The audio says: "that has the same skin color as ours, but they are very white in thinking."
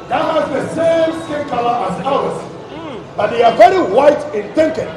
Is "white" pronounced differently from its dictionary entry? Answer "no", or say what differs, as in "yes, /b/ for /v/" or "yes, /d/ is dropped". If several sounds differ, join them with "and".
no